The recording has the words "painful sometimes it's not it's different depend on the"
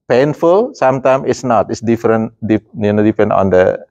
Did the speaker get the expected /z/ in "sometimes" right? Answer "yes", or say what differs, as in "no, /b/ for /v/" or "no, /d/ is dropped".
no, /z/ is dropped